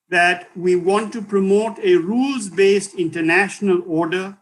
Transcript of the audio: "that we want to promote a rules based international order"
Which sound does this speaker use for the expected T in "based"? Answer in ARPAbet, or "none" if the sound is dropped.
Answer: T